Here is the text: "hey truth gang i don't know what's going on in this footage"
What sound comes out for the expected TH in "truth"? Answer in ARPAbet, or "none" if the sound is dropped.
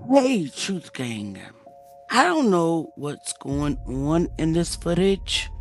TH